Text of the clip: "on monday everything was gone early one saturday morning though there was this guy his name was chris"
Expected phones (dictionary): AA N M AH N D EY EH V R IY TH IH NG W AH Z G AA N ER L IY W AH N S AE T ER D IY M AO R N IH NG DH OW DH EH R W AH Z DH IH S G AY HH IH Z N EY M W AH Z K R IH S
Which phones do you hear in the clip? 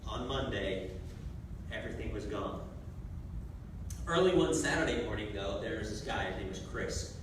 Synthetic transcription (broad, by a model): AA N M AH N D EY EH V R IY TH IH NG W AH Z G AA N ER L IY W AH N S AE T ER D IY M AO R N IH NG DH OW DH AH R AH Z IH S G AY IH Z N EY W AH Z K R IH S